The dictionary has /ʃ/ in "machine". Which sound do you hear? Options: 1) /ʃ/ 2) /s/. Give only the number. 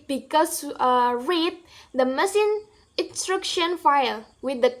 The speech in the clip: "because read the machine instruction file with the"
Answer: 2